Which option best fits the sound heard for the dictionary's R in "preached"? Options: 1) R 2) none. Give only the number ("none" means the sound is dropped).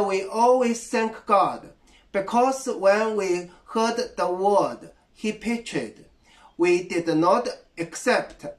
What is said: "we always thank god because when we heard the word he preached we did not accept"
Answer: 2